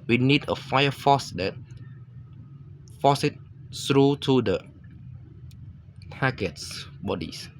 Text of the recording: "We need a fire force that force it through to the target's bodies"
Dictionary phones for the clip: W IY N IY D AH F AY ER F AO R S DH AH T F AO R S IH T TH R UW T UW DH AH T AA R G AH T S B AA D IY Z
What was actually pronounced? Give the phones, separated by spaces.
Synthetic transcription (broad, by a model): W IY N IY D AH F AY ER F AO S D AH T F AO S IH T S R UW T UW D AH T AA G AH T S B AA D IY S